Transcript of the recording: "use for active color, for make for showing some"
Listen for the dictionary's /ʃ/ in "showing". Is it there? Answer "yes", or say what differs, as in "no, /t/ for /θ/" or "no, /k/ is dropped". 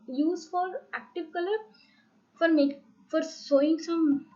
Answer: no, /s/ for /ʃ/